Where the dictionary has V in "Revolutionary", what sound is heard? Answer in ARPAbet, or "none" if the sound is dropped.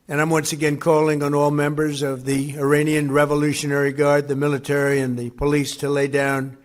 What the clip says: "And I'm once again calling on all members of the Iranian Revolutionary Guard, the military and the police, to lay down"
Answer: V